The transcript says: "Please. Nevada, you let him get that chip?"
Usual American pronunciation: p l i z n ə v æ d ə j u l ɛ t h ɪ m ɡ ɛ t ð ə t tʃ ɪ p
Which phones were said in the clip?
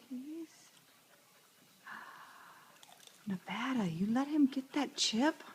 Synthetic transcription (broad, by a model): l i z n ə b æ d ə j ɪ l ɛ t h ɪ m ɡ ɛ t ð ə t tʃ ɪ p